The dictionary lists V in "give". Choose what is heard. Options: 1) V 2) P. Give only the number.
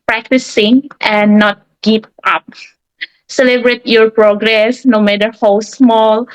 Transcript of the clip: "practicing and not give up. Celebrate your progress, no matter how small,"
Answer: 2